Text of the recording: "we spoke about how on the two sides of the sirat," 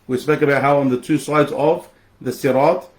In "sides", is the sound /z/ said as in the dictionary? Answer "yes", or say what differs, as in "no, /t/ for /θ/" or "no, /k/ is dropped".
yes